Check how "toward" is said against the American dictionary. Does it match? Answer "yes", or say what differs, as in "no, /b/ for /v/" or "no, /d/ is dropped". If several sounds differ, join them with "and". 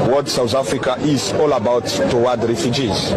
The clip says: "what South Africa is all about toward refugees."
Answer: no, /w/ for /ɹ/